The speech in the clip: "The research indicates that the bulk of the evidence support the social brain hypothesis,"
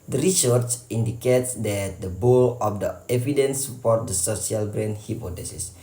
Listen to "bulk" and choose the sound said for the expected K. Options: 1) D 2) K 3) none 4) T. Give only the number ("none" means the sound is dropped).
3